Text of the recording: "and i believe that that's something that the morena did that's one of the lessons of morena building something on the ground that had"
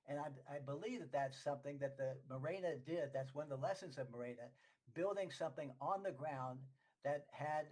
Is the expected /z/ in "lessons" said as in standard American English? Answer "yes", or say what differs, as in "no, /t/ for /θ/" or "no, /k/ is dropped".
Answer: yes